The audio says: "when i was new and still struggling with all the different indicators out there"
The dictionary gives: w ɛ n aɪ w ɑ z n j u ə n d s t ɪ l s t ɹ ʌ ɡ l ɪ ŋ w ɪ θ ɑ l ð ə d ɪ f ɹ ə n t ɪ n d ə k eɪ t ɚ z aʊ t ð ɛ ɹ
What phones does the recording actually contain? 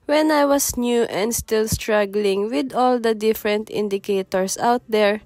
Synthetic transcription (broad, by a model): w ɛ n aɪ w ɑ s n j u ə n d s t ɪ l s t ɹ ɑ ɡ l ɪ ŋ w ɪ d ɑ l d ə d ɪ f ɹ ə n t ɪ n d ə k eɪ t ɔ s aʊ t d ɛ ɹ